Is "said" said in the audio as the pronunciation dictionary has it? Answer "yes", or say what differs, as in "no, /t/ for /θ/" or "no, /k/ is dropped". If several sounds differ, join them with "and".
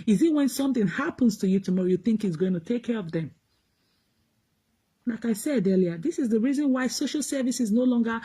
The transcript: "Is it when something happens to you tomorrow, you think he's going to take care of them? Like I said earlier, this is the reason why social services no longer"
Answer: yes